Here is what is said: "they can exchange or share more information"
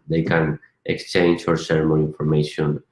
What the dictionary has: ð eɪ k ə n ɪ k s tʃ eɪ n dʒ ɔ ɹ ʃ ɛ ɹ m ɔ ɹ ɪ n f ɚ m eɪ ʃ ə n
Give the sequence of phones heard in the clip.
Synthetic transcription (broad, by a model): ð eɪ k ə n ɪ k s tʃ eɪ n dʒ ɔ ɹ s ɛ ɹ m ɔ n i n f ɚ m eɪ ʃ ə n